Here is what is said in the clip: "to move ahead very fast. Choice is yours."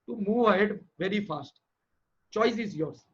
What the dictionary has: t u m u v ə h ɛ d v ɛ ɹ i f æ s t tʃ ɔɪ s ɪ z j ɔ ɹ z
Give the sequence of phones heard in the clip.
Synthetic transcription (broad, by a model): t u m u v ə h ɛ d v ɛ ɹ i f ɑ s t tʃ ɔɪ s ɪ z j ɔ ɹ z